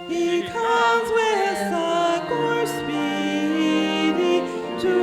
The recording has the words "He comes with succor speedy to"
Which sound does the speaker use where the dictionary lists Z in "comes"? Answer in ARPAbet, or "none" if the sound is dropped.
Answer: Z